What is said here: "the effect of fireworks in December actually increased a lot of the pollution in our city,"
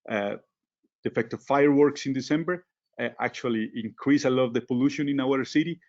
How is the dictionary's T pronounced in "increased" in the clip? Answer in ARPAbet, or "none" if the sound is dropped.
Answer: none